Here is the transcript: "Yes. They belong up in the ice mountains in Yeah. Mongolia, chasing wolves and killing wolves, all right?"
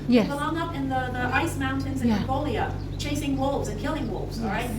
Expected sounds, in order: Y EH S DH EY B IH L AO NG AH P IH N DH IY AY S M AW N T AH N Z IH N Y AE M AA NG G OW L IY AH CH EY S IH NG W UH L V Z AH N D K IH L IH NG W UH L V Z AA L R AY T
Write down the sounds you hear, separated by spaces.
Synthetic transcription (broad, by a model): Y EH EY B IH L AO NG AH P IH N DH IY AY S M AW N T AH N Z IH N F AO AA L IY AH CH EY S IH NG W UH L V Z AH N K IH L IH NG W UH L V Z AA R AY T